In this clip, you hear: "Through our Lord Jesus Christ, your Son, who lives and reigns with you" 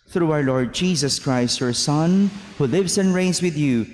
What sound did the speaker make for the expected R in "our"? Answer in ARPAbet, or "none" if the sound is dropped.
W